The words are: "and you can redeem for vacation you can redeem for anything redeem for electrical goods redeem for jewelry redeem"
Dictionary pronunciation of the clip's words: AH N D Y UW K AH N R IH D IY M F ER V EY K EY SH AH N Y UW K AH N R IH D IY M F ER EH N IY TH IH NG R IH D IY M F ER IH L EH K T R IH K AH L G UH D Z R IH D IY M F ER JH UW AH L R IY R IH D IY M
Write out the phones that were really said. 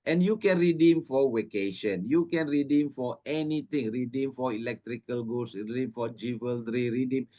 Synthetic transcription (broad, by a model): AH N Y UW K AH N R IH D IY M F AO W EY K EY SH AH N Y UW K AH N R IH D IY M F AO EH N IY T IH NG R IH D IY M F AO IH L EH K T R IH K AH L G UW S R IH D IY M F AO JH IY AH L R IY R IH D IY M